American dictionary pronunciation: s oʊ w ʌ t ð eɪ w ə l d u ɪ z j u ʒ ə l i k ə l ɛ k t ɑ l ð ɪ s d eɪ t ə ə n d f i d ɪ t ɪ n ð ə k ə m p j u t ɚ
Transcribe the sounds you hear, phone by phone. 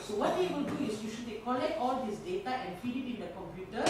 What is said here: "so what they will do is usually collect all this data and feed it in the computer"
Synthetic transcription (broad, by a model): s oʊ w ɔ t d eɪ w ə l d u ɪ s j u ʃ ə i k ə l ɛ k t ɑ l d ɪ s d eɪ t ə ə n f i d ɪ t ɪ n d ə k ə m p j u t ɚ